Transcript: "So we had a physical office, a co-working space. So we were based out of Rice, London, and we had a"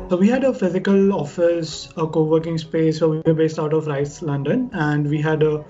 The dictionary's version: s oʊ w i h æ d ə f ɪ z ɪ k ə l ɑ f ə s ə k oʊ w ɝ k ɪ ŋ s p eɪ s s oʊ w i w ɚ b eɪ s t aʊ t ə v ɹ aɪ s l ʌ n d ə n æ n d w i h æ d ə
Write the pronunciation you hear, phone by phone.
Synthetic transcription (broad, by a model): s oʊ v i h æ d ə f ɪ z ɪ k ə l ɑ f ə s ə k oʊ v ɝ k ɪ ŋ s p eɪ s s oʊ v i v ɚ b eɪ s t aʊ t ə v ɹ aɪ s l ʌ n d ə n æ n d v i h æ d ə